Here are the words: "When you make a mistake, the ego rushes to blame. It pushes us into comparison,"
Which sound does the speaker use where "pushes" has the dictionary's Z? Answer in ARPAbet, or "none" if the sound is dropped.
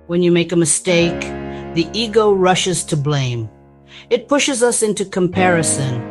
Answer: Z